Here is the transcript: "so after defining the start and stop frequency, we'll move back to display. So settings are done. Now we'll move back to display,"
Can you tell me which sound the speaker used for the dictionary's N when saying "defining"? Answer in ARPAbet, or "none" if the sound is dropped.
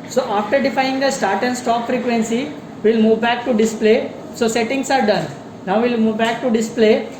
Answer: none